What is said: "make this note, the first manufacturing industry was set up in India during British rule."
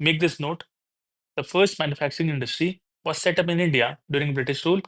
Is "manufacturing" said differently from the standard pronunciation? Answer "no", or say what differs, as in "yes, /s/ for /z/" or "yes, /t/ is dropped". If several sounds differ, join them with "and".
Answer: no